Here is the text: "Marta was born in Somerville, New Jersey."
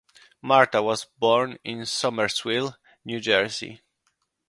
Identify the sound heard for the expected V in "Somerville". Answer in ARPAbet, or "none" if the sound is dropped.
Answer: W